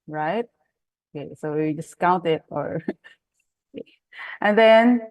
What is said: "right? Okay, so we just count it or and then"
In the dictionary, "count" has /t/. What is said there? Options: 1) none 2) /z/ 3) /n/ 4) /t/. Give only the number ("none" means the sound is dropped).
4